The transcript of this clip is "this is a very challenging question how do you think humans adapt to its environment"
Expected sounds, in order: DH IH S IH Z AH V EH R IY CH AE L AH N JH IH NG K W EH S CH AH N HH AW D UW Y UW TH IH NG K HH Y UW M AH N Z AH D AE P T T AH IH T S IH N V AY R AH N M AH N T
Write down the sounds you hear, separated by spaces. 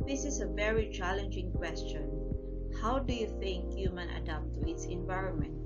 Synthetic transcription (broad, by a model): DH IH S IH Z AH V EH R IY CH AE L AH N JH IH NG K W EH S CH AH N HH AW D UW Y UW TH IH NG K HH Y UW M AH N AH D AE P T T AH IH T S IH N V AY R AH N M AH N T